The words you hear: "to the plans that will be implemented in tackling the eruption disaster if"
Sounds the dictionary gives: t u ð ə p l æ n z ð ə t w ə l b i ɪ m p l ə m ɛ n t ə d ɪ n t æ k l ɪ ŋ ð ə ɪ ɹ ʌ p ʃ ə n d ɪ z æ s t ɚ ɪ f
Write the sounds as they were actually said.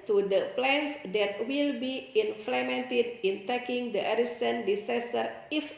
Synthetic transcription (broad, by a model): t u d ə p l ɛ n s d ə t w ə l b i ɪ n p l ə m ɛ n t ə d ɪ n t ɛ k ɪ ŋ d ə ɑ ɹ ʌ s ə n d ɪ s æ s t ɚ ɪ f